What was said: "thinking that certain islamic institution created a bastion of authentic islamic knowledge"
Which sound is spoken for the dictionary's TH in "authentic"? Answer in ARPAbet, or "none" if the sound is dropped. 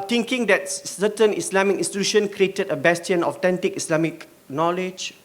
T